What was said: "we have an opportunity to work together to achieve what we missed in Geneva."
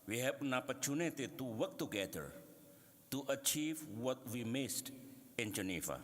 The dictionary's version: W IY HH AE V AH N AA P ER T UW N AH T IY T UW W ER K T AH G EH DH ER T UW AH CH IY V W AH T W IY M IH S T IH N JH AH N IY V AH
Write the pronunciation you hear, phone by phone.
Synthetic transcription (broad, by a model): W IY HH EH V N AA P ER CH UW N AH T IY T UW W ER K T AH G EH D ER T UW AH CH IY V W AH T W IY M IH S T IH N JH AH N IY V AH